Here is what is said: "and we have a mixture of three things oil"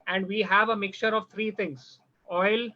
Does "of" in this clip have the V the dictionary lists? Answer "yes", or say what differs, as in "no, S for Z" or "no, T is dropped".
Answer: yes